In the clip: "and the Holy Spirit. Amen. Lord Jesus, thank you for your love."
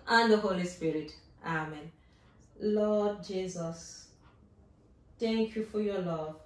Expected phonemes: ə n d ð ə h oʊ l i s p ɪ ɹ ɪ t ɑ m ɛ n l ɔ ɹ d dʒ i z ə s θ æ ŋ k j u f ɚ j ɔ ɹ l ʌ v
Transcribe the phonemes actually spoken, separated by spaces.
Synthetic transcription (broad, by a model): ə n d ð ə h oʊ l i s p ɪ ɹ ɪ t ɑ m ɛ n l ɔ d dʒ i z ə s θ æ ŋ k j u f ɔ j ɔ l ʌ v